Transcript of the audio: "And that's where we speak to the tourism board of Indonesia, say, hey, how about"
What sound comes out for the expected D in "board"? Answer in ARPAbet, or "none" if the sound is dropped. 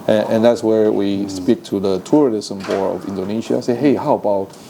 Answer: none